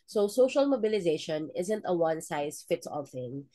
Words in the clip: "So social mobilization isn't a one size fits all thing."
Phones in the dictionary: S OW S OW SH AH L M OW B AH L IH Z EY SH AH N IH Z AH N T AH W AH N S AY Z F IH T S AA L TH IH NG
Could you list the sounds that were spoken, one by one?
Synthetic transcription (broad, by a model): S OW S OW SH AH L M OW B AH L IH Z EY SH AH N IH Z AH N T AH W AH N S AY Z F IH T S AA L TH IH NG